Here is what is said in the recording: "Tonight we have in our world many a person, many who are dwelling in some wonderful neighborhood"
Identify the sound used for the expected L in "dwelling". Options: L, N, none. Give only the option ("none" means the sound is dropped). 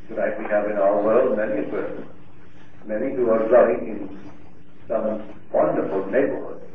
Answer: none